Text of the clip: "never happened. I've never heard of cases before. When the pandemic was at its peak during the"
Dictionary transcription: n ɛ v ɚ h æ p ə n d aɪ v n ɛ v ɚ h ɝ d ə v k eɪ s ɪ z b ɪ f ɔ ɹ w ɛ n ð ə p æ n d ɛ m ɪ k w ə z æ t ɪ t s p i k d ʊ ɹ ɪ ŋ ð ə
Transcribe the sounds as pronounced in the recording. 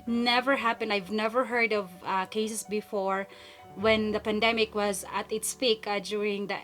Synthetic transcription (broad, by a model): n ɛ v ɚ h æ p ə n d aɪ v n ɛ v ɚ h ɝ d ə v k eɪ s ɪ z b ɪ f ɔ ɹ w ɛ n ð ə p æ n d ɛ m ɪ k w ə z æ t ɪ t s p i k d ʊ ɹ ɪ ŋ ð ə